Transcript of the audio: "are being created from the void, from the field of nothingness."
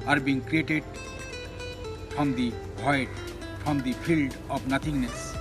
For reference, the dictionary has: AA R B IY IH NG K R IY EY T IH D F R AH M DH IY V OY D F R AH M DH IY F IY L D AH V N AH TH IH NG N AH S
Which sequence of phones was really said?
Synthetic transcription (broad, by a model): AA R B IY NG K R IY EY T IH D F R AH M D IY B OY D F R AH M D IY F IY L D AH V N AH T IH NG N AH S